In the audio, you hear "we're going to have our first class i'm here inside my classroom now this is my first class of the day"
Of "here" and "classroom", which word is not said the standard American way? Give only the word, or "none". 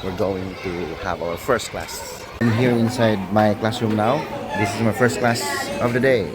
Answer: none